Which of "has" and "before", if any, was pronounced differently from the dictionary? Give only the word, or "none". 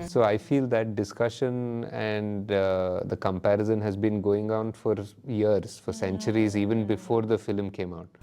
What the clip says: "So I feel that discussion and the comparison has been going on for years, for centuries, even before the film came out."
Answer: none